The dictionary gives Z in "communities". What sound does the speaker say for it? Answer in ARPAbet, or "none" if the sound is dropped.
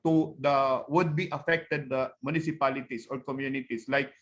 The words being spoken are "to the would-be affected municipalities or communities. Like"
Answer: S